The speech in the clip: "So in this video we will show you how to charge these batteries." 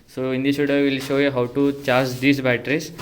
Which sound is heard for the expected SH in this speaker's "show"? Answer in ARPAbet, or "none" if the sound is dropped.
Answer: SH